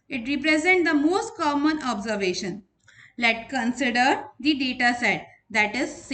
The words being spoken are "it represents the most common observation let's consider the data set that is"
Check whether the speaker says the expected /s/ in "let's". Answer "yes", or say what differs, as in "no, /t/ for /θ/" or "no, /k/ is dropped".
no, /s/ is dropped